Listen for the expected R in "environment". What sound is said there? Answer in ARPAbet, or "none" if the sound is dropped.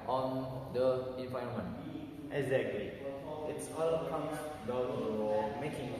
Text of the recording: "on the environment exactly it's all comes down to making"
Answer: none